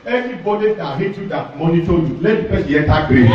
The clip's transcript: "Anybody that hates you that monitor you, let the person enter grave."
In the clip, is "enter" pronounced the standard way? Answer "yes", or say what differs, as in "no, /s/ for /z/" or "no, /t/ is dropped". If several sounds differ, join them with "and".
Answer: no, /n/ is dropped